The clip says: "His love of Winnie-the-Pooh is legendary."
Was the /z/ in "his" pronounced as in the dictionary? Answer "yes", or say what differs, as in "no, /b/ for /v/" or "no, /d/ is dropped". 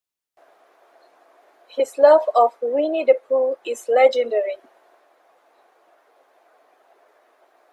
no, /s/ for /z/